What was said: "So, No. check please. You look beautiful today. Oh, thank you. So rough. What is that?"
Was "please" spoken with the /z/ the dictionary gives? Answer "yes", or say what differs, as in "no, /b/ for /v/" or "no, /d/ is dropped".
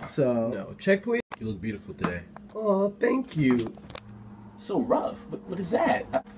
no, /z/ is dropped